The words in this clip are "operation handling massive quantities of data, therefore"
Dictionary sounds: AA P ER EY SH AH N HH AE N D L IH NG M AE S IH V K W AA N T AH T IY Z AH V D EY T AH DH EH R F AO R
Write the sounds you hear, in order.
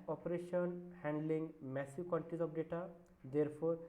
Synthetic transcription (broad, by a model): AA P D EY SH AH N HH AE N D L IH NG M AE S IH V K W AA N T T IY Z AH P D EY T AH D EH R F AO R